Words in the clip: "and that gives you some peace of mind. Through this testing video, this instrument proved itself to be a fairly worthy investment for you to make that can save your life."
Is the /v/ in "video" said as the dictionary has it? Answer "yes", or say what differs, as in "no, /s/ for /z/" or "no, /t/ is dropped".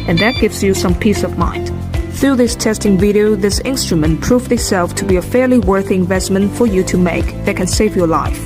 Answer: yes